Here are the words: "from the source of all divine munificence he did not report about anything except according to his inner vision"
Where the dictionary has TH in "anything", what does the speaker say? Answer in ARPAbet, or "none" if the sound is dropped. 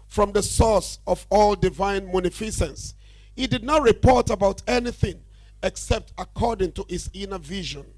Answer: TH